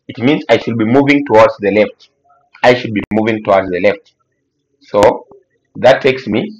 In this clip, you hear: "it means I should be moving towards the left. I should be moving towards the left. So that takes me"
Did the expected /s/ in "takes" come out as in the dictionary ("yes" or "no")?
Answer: yes